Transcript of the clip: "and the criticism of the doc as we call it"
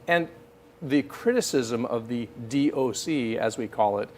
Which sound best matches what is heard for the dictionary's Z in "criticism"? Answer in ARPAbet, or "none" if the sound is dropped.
Z